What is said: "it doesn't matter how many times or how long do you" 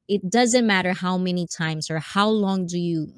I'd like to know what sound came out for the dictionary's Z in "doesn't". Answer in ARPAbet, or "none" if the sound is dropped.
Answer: Z